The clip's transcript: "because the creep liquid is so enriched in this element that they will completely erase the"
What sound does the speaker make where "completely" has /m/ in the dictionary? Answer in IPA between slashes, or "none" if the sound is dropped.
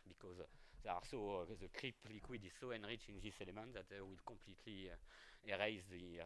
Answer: /m/